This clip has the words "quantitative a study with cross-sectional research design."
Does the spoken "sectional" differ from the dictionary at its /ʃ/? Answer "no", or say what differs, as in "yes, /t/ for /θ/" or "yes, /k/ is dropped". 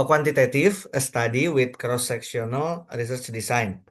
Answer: yes, /s/ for /ʃ/